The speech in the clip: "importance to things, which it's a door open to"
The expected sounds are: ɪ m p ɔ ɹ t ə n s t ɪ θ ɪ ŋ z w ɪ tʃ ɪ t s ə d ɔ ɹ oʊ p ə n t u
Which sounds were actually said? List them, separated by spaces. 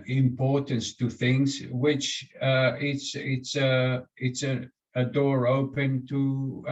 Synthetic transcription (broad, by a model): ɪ m p ɔ ɹ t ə n s t ɪ θ ɪ ŋ z w ɪ tʃ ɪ t s ə d ɔ ɹ oʊ p ə n t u